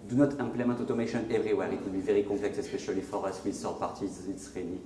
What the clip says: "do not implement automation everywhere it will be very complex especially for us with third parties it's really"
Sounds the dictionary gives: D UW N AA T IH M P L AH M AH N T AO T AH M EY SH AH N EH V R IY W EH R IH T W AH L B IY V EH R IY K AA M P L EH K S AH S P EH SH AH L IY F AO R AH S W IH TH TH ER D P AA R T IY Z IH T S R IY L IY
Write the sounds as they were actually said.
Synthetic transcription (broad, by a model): D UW N AA T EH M P L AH M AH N T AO T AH M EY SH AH N EH V R IY W EH R IH T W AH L B IY V EH R IY K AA P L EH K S AH S P EH SH AH L IY F AO R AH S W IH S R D P AA R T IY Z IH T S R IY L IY